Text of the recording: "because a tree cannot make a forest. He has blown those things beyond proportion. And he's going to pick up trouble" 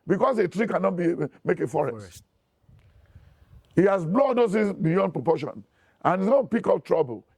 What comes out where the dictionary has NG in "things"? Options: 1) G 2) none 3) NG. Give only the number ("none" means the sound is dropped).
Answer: 2